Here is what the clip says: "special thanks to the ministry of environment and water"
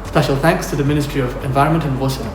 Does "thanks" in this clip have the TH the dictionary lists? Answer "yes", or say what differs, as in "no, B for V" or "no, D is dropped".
yes